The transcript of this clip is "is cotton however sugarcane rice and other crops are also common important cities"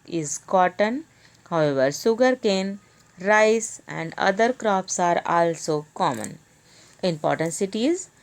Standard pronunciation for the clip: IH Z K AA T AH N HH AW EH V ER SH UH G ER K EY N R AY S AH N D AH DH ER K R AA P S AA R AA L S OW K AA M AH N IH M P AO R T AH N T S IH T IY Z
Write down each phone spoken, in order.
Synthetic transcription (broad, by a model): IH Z K AA T AH N HH AW EH V ER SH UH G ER K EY N R AY S AH N D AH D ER K R AA P S AA R AA L S OW K AA M AH N IH M P AO R T AH N T S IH T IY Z